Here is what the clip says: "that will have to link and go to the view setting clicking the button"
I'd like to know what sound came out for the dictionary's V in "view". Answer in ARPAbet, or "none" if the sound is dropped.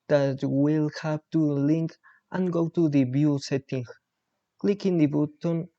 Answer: B